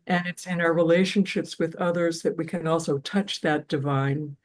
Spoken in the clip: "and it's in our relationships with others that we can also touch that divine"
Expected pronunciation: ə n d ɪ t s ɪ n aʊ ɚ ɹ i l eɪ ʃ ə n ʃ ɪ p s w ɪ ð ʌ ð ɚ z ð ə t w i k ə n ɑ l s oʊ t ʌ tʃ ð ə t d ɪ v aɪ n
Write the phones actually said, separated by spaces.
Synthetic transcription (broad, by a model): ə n ɪ t s ɪ n aʊ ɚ ɹ i l eɪ ʃ ə n ʃ ɪ p s w ɪ ð ʌ ð ɚ z ð ə t w i k ə n ɑ l s oʊ t ʌ tʃ ð ə t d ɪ v aɪ n